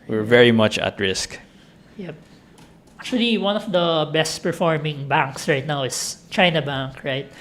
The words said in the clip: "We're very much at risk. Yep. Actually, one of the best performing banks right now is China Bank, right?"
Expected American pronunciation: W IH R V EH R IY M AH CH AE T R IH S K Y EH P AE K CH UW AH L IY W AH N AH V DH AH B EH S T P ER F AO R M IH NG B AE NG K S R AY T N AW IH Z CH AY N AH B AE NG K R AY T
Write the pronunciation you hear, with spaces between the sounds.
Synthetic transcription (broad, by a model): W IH R V EH R IY M AH CH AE T R IH S K Y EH P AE K CH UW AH L IY W AH N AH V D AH B EH S T P ER F AO R M IH NG B AE NG K S R AY T N AW IH S CH AY N AH B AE NG K R AY T